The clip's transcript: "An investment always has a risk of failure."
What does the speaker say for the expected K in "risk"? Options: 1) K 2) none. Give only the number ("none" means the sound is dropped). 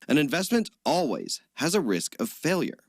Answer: 1